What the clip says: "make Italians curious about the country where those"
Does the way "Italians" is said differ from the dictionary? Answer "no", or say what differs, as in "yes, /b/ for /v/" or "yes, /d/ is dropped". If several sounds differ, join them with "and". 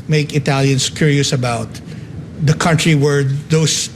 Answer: yes, /s/ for /z/